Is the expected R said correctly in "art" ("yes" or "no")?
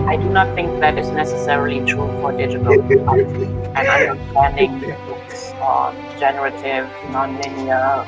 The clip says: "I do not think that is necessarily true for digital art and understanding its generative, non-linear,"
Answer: no